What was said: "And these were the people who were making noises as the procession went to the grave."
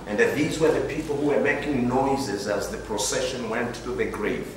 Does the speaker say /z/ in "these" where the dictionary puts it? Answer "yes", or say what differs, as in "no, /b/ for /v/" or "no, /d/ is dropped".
yes